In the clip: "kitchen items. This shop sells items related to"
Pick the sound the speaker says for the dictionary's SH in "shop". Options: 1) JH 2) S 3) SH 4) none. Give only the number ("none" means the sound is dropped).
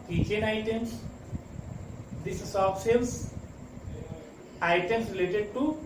2